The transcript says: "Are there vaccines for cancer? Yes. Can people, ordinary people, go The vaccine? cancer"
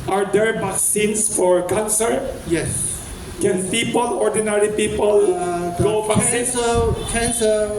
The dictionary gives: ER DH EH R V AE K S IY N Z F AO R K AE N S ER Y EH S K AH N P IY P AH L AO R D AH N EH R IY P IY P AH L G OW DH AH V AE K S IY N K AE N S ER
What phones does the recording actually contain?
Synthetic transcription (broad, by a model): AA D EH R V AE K S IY N S F AO R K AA N S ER Y EH S K AH N P IY P AH L AO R D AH N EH R IY P IY P AH L G OW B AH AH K EH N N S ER